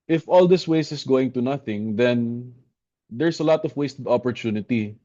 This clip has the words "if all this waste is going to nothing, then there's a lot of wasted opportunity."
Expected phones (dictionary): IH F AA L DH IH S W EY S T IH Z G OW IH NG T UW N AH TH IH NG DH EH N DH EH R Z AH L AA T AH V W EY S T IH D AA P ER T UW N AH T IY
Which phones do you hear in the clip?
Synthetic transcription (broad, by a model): IH F AA L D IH S W EY S IH S G OW IH NG T UW N AH TH IH NG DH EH N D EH R S AH L AA T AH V W EY S T IH D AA P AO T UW N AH T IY